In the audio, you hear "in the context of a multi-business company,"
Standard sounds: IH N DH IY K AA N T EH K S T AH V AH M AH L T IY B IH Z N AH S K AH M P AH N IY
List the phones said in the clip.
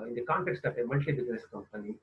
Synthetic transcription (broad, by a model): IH N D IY K AA N T EH K S T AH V AH M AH N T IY B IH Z N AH S K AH M P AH N IY